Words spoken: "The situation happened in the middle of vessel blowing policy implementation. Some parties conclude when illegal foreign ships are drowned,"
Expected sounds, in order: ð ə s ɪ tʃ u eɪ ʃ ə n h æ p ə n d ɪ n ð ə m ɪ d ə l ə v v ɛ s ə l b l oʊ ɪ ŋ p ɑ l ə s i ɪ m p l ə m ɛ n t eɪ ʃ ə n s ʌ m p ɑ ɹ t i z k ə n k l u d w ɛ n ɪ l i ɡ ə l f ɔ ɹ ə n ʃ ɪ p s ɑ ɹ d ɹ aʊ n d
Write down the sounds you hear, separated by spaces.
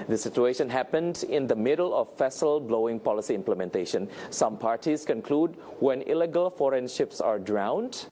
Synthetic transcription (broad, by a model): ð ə s ɪ tʃ u eɪ ʃ ə n h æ p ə n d ɪ n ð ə m ɪ d ə l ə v f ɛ s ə l b l oʊ ɪ ŋ p ɑ l ə s i ɪ m p l ə m ɛ n t eɪ ʃ ə n s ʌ m p ɑ ɹ t i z k ə n k l u d w ɛ n ɪ l i ɡ ə l f ɔ ɹ ə n ʃ ɪ p s ɑ ɹ d ɹ aʊ n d